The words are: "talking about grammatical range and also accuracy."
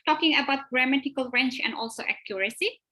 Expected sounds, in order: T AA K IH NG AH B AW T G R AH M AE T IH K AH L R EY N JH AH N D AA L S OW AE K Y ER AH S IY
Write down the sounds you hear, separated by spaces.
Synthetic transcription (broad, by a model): T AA K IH NG AH B AW T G R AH M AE T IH K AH L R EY N CH AH N D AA L S OW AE K Y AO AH S IY